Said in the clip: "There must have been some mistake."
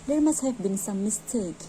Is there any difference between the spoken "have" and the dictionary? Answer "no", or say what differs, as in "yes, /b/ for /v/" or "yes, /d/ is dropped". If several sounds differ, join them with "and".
yes, /f/ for /v/